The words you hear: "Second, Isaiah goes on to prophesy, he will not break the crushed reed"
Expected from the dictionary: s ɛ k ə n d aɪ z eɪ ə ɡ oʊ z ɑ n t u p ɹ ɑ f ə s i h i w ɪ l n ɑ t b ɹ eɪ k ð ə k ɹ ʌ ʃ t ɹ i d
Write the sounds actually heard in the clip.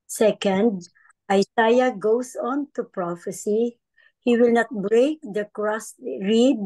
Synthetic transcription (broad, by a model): s ɛ k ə n d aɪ s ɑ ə ɡ oʊ s ɑ n t u p ɹ ɑ f ə s i h i w ɪ l n ɑ t b ɹ eɪ k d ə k ɹ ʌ s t ɹ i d